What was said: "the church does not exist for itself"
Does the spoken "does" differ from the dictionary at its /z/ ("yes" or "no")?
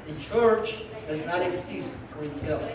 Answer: no